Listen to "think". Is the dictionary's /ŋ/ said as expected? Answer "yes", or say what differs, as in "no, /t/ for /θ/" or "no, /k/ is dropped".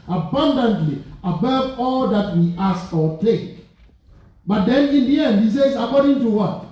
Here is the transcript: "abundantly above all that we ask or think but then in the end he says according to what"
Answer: no, /ŋ/ is dropped